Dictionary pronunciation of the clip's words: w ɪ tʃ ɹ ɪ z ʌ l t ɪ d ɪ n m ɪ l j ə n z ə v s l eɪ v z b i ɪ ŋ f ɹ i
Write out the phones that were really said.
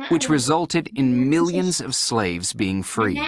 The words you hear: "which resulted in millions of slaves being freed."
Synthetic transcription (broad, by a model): w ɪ tʃ ɹ ɪ z ʌ l t ɪ d ɪ n m ɪ l j ə n z ə v s l eɪ v z b i ɪ ŋ f ɹ i